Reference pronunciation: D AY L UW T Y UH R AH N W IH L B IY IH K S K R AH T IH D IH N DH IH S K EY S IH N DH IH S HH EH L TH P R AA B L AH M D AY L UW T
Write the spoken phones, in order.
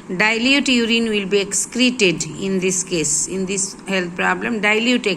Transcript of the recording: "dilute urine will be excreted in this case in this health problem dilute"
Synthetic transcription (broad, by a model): D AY L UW T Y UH R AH N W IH L B IY IH K S K R AH T IH D IH N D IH S K EY S IH N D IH S HH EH L T P R AA B L AH M D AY L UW T